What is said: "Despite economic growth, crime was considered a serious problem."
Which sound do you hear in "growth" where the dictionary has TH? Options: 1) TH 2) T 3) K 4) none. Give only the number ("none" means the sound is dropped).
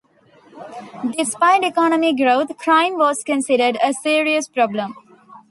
2